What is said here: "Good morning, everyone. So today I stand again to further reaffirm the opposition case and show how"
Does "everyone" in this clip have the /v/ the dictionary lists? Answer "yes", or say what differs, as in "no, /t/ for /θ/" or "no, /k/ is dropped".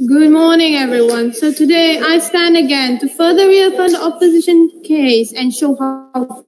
yes